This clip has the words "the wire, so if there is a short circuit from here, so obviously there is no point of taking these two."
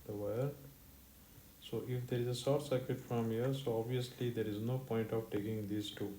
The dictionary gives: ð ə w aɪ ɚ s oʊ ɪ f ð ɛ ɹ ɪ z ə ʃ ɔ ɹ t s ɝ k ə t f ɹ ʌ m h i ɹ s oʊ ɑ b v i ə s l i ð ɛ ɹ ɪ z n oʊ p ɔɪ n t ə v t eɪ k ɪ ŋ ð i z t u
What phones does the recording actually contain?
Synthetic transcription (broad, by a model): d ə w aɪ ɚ s oʊ ɪ f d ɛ ɹ ɪ z ə s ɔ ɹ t s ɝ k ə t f ɹ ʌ m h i ɹ s oʊ ɑ b v i ə s l i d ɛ ɹ ɪ z n oʊ p ɔɪ n t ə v t eɪ k ɪ ŋ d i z t u